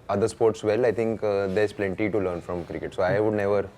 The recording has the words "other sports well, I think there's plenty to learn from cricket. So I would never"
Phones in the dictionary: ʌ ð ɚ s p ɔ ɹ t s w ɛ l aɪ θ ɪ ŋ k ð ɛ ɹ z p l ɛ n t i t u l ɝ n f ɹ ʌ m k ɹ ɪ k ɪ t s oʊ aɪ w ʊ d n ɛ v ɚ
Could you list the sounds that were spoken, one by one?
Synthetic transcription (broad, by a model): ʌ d ɚ s p ɔ ɹ t s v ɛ l aɪ t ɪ ŋ k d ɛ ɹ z p l ɛ n t i t u l ɝ n f ɹ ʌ m k ɹ ɪ k ɪ t s oʊ aɪ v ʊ d n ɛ v ɚ